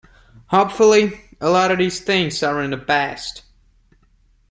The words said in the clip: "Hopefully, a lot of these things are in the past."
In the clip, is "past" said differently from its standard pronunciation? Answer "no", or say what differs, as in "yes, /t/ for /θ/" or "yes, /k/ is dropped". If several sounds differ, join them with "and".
yes, /b/ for /p/